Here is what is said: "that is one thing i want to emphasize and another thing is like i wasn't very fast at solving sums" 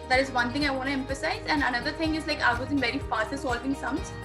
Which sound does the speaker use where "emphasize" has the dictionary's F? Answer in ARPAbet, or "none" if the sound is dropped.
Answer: F